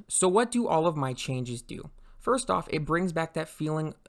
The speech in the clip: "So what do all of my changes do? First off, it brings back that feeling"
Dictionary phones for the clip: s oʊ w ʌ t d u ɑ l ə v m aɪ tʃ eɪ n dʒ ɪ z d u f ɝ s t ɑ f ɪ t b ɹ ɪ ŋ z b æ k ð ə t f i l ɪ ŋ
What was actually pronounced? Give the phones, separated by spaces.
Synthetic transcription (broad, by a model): s oʊ w ʌ t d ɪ ɑ l ə v m aɪ tʃ eɪ n dʒ ɪ z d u f ɝ s t ɑ f ɪ t b ɹ ɪ ŋ z b æ k ð ə t f i l ɪ ŋ